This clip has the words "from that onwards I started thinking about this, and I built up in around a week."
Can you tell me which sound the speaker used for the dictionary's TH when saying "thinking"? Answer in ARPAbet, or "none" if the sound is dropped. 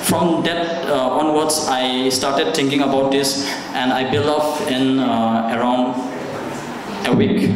T